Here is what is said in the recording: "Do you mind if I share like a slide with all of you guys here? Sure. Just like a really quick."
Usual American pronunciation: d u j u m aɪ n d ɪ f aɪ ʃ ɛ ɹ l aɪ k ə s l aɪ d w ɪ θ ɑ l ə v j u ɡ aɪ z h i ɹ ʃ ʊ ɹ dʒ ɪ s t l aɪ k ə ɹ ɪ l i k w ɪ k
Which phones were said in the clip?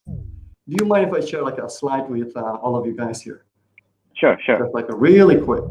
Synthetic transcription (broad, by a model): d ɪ j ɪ m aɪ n ɪ f aɪ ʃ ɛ l aɪ k ə s l aɪ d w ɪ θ ɑ l ə v j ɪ ɡ aɪ z h i ɹ ʃ ʊ ɹ ʃ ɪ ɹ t l aɪ k ə ɹ ɪ l i k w ɪ k